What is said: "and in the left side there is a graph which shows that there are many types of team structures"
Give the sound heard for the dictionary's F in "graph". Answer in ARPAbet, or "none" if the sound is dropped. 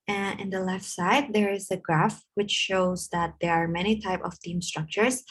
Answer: F